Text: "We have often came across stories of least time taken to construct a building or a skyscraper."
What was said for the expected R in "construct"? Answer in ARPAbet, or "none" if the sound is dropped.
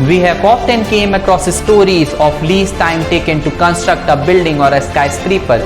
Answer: R